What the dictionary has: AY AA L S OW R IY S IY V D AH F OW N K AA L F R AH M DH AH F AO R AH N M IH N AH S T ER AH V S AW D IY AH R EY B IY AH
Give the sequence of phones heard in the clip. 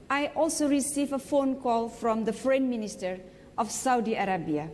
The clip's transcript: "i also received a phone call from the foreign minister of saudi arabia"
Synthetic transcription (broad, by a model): AY AA L S OW R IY S IY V AH F OW N K AA L F R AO M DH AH F R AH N M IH N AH S T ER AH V S AW D IY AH R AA B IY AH